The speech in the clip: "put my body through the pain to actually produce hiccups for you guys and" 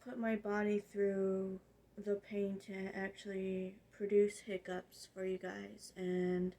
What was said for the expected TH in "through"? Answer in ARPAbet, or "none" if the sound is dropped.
TH